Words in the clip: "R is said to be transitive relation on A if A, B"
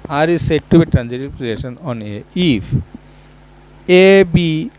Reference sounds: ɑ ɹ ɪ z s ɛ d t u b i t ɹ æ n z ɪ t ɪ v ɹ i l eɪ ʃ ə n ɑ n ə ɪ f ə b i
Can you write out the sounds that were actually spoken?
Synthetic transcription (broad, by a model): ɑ ɹ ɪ s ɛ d t u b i t ɹ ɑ n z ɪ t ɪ p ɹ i eɪ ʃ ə n ɑ n ə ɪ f ə b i